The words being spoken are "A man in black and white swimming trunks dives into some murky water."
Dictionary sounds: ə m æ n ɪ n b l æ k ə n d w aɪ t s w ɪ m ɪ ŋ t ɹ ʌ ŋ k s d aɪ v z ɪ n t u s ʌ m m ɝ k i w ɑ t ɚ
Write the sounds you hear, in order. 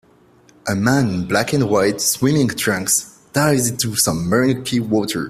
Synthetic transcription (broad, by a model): ə m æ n n b l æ k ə n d w aɪ t s w ɪ m ɪ ŋ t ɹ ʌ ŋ k s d aɪ z ɪ n t u s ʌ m m ɝ k i w ɑ t ɚ